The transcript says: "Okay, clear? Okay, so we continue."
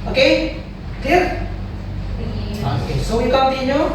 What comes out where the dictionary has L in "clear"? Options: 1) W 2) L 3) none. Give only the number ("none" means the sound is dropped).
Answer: 3